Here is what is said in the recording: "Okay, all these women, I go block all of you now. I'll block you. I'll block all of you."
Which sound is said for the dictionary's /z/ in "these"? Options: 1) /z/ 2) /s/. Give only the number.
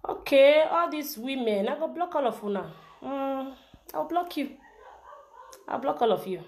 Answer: 2